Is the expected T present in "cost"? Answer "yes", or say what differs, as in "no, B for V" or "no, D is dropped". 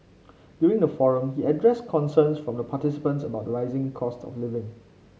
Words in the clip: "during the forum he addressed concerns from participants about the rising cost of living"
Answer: yes